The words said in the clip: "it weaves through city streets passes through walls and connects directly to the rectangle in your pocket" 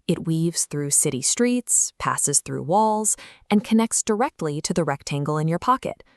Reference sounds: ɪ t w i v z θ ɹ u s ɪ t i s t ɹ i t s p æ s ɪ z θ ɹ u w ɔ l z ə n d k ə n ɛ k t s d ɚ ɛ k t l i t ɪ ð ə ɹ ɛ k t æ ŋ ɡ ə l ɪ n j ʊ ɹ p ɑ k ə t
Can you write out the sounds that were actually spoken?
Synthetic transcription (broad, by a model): ɪ t w i v z θ ɹ u s ɪ t i s t ɹ i t s p æ s ɪ z θ ɹ u w ɔ l z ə n k ə n ɛ k t s d ɚ ɛ k t l i t ɪ ð ə ɹ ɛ k t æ ŋ ɡ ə l ɪ n j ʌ ɹ p ɑ k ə t